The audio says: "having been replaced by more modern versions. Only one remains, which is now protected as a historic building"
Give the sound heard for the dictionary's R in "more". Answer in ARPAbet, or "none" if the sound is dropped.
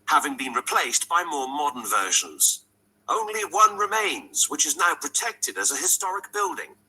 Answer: R